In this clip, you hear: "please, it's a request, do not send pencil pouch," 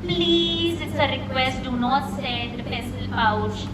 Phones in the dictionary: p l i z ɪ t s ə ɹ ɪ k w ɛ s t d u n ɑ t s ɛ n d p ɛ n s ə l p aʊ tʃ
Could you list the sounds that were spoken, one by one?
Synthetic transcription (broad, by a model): p l i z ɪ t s ə ɹ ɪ k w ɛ s t d u n ɑ t s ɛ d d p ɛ s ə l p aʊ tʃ